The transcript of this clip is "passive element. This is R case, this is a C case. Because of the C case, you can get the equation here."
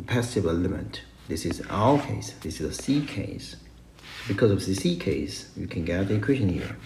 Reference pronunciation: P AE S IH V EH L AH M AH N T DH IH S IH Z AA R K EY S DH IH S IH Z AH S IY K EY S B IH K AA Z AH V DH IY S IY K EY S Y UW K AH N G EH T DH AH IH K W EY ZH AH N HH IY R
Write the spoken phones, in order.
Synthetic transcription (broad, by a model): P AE S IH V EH L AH M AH T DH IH S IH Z AA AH K EY S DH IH S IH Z AH S IY K EY S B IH K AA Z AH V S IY S IY K EY S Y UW K AH N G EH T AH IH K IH SH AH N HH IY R